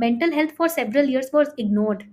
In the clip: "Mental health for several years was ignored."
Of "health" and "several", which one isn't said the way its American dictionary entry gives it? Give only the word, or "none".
health